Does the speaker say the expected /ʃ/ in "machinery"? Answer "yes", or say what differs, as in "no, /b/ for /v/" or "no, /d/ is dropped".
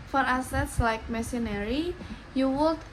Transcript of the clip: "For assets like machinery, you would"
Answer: no, /s/ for /ʃ/